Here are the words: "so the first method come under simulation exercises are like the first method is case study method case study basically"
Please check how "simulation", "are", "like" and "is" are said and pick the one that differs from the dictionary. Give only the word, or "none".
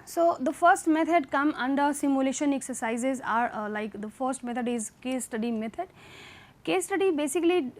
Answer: none